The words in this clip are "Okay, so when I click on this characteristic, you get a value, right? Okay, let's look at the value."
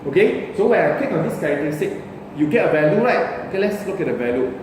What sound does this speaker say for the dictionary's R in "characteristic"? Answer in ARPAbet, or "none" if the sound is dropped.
none